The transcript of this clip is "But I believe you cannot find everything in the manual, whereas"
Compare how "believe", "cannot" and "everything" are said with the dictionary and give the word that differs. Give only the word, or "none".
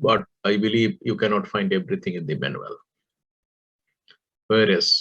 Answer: everything